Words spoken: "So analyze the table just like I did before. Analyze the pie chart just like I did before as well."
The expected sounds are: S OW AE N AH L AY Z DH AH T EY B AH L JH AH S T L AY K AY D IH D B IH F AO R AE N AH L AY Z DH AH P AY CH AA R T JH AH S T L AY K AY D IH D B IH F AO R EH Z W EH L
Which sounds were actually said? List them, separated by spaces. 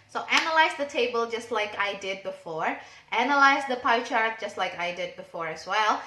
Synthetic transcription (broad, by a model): S OW AE N AH L AY Z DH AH T EY B AH L JH AH S T L AY K AY D IH D B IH F AO R AE N AH L AY Z DH AH P AY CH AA R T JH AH S T L AY K AY D IH D B IH F AO R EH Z W EH L